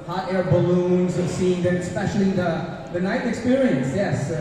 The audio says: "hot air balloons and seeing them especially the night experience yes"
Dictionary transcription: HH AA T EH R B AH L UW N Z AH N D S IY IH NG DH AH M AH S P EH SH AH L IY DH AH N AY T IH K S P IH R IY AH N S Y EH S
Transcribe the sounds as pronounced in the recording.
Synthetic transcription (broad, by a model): HH AA T EH R B AH L UW N Z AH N S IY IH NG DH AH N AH S P EH SH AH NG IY DH AH N AY T IH K S P IH R IY AH N S Y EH S